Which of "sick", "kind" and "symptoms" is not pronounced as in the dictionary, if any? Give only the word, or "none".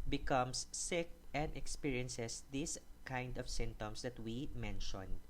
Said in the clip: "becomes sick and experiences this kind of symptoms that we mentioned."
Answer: symptoms